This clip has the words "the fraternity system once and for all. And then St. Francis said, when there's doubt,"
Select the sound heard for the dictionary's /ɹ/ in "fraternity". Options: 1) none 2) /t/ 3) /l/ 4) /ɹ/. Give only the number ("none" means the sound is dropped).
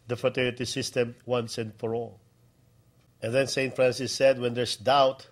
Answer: 1